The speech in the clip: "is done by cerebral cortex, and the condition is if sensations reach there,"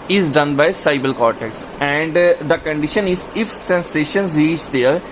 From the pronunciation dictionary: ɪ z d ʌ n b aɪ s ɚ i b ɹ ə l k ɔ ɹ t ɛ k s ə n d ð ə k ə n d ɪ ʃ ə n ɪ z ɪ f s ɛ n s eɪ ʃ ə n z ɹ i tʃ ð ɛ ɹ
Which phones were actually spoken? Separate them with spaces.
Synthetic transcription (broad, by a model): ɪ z d ʌ n b aɪ s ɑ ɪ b ə l k ɔ ɹ t ɛ k s ə n d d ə k ə n d ɪ ʃ ə n ɪ z ɪ f s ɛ n s eɪ ʃ ə n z ɹ i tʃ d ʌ ɹ